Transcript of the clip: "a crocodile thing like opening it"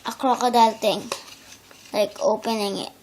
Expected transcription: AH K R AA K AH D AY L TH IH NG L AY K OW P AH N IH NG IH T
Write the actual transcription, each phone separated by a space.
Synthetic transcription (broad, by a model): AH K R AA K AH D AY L T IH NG L AY K OW P AH N IH NG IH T